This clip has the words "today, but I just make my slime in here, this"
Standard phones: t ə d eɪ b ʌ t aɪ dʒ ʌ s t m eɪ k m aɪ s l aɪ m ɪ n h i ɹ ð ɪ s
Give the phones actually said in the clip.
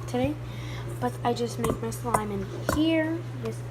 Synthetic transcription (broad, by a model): t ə d eɪ b ʌ t aɪ dʒ ʌ s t m eɪ k m aɪ s l aɪ m ɪ n h i ɹ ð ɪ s